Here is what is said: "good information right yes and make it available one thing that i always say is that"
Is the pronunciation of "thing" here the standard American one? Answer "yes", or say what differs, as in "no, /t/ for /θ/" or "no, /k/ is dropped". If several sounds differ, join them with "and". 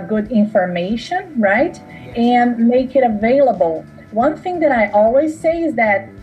yes